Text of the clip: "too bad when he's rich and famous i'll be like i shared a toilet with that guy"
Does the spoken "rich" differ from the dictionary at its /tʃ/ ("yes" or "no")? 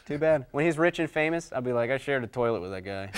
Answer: no